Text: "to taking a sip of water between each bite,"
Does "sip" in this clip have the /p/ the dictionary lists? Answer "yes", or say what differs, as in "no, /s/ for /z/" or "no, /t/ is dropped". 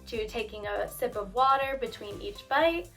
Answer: yes